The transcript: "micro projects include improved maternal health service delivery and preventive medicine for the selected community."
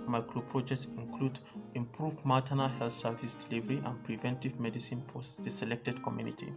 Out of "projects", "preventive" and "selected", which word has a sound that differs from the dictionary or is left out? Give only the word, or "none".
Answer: none